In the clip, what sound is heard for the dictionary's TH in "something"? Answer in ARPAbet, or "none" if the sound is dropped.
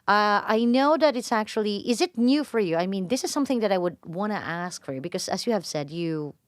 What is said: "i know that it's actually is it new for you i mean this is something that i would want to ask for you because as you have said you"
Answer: TH